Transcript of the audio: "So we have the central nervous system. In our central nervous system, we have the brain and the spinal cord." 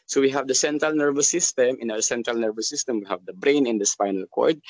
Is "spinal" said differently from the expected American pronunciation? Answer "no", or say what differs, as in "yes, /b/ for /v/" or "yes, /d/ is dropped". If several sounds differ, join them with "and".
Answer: yes, /f/ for /p/